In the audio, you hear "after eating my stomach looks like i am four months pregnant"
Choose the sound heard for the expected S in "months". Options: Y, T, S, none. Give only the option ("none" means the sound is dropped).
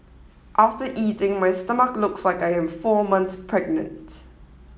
none